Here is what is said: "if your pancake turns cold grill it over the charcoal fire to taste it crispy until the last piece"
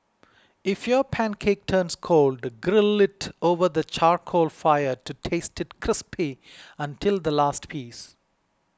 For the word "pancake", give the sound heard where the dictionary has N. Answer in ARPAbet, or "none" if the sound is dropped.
N